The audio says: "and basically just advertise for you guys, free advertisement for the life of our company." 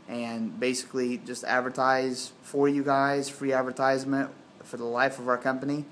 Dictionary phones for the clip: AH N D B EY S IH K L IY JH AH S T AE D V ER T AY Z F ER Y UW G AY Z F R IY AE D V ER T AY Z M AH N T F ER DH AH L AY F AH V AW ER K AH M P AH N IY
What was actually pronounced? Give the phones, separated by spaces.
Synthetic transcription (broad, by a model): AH N B EY S IH K L IY JH AH S T AE D V ER T AY Z F ER Y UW G AY Z F R IY AE D V ER T AY Z M AH N T F ER DH AH L AY F AH V AW ER K AH M P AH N IY